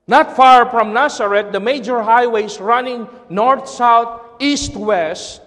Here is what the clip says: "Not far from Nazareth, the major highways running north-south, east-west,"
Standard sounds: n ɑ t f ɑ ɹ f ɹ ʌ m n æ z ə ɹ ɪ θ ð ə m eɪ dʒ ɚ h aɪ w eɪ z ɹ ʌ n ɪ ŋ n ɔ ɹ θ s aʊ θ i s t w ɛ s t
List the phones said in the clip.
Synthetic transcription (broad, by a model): n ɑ t f ɑ ɹ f ɹ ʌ m n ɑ s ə ɹ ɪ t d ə m eɪ dʒ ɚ h aɪ w eɪ s ɹ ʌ n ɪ ŋ n ɔ ɹ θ s aʊ t i s t w ɛ s t